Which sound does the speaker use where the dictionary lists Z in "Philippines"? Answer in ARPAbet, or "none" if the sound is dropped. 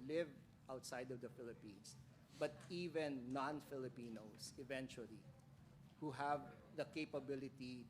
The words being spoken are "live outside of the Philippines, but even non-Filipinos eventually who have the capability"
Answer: S